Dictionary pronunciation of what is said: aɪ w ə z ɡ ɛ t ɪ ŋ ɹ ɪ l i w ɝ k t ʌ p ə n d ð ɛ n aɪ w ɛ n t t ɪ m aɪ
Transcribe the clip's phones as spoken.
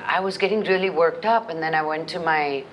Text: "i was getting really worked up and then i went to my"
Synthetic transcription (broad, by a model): aɪ w ə z ɡ ɛ t ɪ ŋ ɹ ɪ l i w ɝ k t ʌ p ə n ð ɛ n aɪ w ɛ n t t ɪ m aɪ